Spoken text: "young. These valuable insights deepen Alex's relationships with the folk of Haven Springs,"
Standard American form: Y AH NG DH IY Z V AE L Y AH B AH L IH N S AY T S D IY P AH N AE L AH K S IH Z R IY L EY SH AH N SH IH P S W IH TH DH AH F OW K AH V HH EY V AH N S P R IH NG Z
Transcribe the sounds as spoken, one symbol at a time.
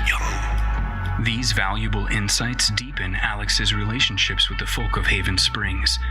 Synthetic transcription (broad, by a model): DH IY Z V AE L Y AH B L IH N S AY T S D IY P AH N AE L AH K S IH Z R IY L EY SH N SH IH P S W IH DH AH F OW K AH V HH EY V AH N S P R IH NG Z